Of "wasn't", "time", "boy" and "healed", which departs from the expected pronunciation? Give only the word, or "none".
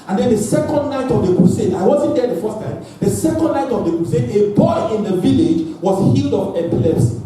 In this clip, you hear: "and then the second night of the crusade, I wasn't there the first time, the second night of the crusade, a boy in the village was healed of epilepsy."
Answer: none